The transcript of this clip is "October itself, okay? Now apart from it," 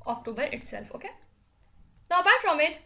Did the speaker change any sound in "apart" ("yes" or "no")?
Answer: yes